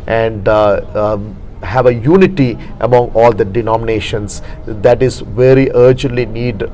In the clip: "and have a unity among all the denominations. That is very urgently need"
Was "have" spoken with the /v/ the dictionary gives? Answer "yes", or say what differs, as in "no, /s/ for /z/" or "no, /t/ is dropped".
yes